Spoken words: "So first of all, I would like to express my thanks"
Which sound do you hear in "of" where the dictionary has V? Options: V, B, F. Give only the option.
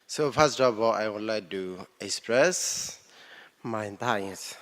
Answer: B